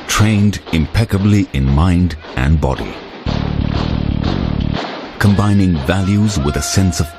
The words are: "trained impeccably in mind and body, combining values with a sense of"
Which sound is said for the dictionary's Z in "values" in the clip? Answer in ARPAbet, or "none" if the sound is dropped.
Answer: Z